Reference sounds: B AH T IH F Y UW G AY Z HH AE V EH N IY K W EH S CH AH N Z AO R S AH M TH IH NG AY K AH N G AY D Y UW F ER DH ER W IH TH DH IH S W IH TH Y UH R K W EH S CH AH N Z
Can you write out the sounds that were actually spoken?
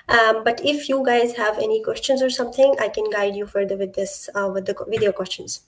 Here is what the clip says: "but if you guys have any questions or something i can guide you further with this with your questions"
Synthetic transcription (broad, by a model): B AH T IH F Y UW G AY Z HH AE V EH N IY K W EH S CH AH N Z AO R S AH M T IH NG AY K AH N G AY D Y UW F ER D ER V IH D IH S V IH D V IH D K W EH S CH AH N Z